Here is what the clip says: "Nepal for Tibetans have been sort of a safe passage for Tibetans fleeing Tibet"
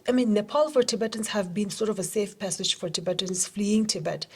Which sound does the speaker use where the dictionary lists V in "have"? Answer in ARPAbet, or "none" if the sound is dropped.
V